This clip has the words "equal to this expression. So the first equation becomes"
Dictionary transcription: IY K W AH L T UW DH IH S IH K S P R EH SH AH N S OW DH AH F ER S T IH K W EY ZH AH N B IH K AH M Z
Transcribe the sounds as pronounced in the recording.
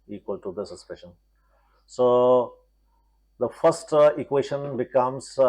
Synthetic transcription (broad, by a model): IY K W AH L T UW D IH S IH S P IH SH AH N S OW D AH F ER S T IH K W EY SH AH N B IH K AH M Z